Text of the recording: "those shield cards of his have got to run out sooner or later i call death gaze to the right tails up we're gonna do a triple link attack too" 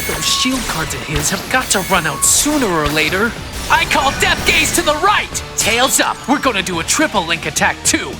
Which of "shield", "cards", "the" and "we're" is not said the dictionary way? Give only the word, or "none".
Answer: none